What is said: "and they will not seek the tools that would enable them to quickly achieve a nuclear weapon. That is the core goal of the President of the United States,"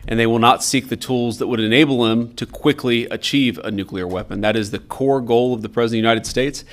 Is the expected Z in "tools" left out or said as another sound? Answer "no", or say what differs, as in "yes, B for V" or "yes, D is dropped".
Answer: no